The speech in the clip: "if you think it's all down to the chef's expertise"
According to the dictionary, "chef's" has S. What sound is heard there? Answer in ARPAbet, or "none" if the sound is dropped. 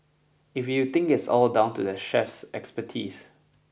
S